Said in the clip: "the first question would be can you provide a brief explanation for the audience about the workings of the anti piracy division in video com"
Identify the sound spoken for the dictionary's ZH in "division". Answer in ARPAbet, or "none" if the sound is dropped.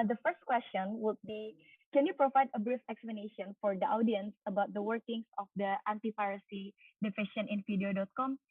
SH